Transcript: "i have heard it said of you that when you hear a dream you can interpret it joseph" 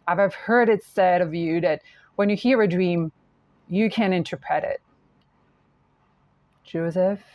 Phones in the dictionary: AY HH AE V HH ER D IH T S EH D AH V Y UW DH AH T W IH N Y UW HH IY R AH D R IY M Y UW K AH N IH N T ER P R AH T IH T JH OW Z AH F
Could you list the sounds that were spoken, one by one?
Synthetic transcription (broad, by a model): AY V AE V HH ER D IH T S EH D AH V Y UW DH AH T W IH N Y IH HH IY R AH D R IY M Y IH K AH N IH N T ER P R AH T IH T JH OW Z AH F